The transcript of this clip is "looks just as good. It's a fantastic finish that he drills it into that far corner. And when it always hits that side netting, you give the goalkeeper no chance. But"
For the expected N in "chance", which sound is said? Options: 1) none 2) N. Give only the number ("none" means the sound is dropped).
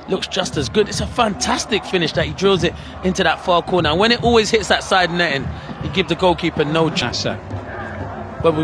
1